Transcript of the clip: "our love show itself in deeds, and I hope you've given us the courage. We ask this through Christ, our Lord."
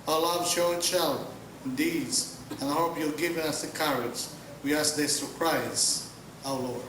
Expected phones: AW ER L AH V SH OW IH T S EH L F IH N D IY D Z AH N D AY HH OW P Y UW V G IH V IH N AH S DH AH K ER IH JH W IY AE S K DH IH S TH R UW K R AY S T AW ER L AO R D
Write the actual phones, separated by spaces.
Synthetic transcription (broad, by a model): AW L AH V SH OW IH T SH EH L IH N D IY D Z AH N AY HH OW P Y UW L G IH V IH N AH S DH AH K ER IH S W IY AE S K DH IH S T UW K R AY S AW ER L AO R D